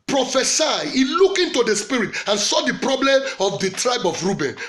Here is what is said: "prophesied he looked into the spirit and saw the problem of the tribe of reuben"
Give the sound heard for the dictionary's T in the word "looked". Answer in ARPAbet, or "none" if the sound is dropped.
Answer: none